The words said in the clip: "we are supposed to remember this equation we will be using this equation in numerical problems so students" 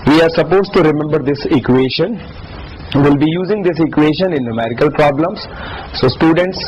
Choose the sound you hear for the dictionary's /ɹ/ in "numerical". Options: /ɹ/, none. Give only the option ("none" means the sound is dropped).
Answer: /ɹ/